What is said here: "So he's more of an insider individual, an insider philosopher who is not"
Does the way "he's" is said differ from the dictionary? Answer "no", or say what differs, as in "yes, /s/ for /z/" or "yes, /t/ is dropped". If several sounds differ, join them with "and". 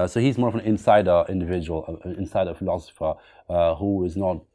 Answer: no